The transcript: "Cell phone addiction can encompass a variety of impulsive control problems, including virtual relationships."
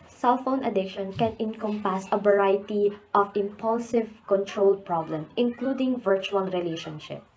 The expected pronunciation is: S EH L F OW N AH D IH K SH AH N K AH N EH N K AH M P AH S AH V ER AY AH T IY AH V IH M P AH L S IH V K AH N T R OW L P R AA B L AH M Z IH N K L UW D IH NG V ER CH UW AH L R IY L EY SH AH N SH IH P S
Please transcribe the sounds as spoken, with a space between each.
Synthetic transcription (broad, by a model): S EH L F OW N AH D IH K SH AH N K AH N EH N K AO M P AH S AH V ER AY T IY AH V IH M P AH L S IH V K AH N T R OW L P R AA B L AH M IH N K L UW D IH NG V ER CH UW AH L R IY L EY SH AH N SH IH P